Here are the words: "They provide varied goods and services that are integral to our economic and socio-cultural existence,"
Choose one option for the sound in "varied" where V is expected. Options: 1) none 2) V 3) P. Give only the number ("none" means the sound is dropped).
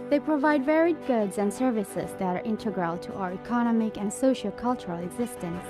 2